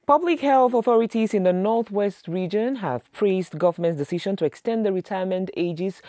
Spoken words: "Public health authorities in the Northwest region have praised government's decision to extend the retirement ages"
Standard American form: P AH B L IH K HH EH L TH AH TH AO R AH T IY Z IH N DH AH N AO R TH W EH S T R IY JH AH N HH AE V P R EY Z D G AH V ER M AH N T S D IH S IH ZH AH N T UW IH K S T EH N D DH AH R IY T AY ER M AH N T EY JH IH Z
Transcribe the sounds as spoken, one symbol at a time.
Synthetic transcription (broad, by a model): P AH B L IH K HH EH L TH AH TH AO R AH T IY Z IH N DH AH N AO R TH W EH S T R IY JH AH N HH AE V P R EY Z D G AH V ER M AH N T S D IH S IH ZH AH N T UW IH K S T EH N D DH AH R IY T AY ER M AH N T EY JH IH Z